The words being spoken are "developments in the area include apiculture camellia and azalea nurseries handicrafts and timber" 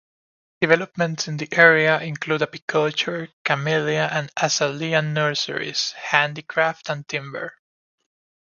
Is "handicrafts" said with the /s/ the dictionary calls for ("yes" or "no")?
no